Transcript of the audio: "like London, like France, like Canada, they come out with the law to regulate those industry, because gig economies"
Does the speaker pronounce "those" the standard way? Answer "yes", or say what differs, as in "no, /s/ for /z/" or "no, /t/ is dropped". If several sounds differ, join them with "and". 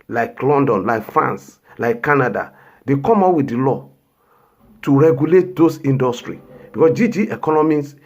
no, /s/ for /z/